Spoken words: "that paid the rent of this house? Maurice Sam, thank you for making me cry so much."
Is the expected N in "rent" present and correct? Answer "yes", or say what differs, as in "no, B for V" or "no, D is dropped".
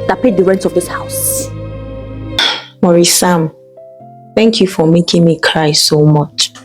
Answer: yes